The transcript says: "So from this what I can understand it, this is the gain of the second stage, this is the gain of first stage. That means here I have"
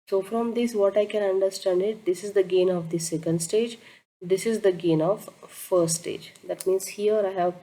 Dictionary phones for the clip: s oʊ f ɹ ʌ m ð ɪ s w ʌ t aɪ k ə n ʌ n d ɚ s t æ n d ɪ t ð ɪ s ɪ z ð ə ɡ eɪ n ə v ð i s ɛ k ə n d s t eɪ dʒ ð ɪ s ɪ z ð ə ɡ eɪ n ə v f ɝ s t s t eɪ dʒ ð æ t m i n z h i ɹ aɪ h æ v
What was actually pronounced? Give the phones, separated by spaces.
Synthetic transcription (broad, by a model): s oʊ f ɹ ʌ m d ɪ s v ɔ t aɪ k ə n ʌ n d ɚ s t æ n d ɪ t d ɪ s ɪ z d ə ɡ eɪ n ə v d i s ɛ k ə n d s t eɪ dʒ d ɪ s ɪ z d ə ɡ eɪ n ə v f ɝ t s t eɪ dʒ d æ t m i n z h i ɹ aɪ h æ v